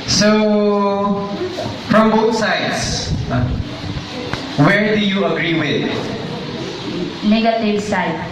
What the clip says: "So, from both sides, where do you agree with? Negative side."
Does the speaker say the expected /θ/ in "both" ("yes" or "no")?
no